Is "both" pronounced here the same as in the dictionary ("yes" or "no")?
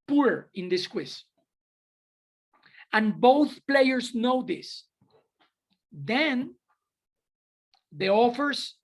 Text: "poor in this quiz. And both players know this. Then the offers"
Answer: yes